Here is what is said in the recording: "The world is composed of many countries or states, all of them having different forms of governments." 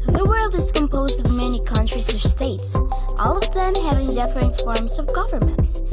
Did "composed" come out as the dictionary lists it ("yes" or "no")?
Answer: yes